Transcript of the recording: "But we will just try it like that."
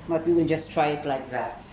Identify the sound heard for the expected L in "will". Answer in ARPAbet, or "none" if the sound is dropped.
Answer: N